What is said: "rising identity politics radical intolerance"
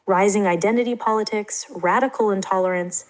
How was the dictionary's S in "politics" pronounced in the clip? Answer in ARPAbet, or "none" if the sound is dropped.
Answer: S